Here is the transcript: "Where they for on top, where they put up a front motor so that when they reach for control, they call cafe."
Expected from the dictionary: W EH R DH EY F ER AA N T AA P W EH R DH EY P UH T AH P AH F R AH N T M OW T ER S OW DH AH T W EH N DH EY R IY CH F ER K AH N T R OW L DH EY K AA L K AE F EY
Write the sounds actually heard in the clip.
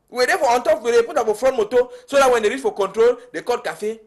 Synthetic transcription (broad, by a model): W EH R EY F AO AA N T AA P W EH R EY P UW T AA F AH F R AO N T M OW T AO S OW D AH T W EH N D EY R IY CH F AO K AH N T R OW L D EY K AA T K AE F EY